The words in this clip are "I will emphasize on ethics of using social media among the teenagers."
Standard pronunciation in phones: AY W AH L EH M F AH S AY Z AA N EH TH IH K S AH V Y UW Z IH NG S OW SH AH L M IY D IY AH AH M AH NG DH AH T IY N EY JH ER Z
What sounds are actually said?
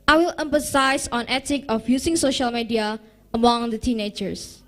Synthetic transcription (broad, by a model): AY W AH L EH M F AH S AY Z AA N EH T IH K AH F Y UW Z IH NG S OW SH AH L M IY D IY AH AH M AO NG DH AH T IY N EY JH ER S